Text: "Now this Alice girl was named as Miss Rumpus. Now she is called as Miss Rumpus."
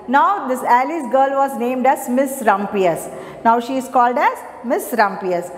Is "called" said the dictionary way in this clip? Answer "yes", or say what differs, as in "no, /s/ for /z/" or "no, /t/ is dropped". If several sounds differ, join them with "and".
yes